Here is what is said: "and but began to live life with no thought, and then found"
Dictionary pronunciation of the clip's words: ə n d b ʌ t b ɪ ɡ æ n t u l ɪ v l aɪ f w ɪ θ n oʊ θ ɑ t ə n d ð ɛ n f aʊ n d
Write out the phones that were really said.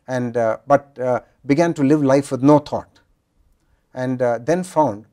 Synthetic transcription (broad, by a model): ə n d b ʌ t b ɪ ɡ æ n t u l ɪ v l aɪ f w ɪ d n oʊ t ɑ t ə n d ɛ n f aʊ n d